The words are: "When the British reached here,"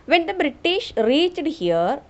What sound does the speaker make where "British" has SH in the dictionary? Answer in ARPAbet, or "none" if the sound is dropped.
SH